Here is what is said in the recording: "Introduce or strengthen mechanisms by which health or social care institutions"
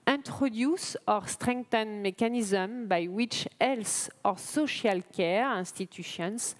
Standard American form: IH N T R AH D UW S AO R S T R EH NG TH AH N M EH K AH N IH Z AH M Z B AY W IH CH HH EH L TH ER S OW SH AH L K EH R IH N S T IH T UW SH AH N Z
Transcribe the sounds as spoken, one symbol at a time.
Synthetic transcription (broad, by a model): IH N T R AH D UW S AO R S T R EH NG T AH N M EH K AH N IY Z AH M B AY W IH CH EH L S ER S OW SH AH L K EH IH N S T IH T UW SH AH N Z